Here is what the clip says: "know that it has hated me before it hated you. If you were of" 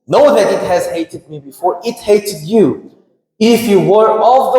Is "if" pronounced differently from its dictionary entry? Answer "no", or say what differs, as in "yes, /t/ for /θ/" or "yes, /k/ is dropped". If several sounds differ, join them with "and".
no